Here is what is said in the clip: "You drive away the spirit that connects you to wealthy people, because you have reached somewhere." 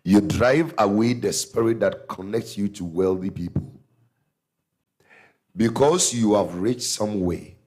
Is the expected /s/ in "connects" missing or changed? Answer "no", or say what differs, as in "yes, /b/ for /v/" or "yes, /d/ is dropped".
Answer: no